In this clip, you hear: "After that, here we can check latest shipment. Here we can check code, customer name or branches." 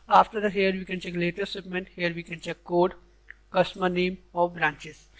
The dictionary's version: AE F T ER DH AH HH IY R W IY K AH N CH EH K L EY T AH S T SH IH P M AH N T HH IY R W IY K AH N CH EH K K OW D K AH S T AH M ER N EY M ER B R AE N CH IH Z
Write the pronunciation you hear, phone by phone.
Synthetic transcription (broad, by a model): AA F T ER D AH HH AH R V IY K AH N CH EH K L EY T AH T S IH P M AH N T HH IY R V IY K AH N CH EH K K OW D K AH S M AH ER N EY M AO B R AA N CH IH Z